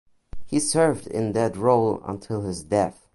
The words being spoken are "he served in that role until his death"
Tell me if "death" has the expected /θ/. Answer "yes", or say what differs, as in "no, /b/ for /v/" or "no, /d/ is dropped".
yes